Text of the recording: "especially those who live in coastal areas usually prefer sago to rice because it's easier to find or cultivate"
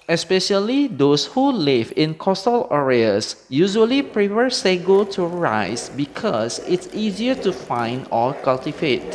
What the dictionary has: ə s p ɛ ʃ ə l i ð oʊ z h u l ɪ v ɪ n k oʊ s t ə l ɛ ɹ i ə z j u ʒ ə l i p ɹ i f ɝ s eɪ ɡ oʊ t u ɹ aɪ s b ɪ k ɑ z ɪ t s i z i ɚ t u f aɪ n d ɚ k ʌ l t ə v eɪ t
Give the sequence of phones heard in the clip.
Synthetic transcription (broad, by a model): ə s p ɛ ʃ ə l i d oʊ s h u l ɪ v ɪ n k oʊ s t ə l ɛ ɹ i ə s j u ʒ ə l i p ɹ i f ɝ s eɪ ɡ oʊ t u ɹ aɪ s b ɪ k ɑ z ɪ t s i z i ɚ t u f aɪ n d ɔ k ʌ l t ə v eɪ t